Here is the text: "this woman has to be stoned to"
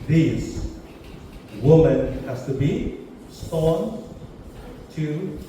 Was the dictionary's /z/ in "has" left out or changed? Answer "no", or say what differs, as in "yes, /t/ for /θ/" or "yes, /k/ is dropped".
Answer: yes, /s/ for /z/